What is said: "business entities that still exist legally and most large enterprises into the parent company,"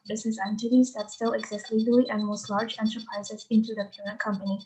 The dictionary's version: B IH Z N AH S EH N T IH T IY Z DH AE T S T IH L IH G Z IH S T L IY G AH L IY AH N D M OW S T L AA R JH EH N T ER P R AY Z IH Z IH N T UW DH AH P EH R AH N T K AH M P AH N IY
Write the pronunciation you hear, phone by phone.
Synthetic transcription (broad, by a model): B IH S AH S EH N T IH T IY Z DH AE T S T IH L IH G Z IH S T L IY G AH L IY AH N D M OW S T L AA R JH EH N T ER P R AY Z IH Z IH N T UW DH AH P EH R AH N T K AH M P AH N IY